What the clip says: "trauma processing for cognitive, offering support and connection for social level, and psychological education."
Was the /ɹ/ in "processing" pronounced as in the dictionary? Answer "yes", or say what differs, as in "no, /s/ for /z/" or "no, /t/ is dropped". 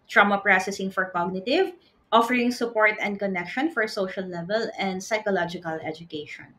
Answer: yes